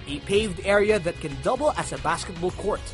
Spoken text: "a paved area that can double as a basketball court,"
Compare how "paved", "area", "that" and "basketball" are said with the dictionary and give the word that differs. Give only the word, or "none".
none